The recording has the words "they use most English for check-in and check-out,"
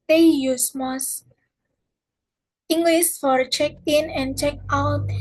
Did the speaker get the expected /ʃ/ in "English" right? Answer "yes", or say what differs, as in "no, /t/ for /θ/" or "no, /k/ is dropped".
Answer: no, /s/ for /ʃ/